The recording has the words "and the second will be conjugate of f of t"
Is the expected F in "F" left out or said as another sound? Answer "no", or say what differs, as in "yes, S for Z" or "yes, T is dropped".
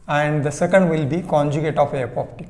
yes, P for F